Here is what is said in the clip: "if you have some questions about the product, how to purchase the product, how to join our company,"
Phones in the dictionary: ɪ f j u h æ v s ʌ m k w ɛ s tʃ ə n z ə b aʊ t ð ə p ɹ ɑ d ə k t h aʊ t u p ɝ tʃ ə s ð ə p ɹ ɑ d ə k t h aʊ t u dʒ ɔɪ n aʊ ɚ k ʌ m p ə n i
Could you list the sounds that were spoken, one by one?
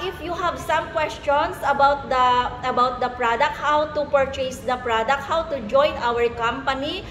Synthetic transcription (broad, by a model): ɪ f j u h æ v s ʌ m k w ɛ s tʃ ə n s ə b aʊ t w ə p ɹ ɑ d ə k t h aʊ t u p ɝ tʃ ə s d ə p ɹ ɑ d ə k t h aʊ t u dʒ ɔɪ n aʊ ɚ k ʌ m p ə n i